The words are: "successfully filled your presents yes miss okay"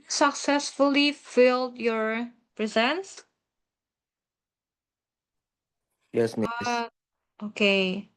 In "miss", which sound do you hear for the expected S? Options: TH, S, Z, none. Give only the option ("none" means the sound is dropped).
none